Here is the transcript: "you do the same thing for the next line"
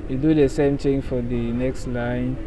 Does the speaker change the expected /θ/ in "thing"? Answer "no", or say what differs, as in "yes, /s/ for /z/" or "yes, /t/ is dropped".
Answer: yes, /t/ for /θ/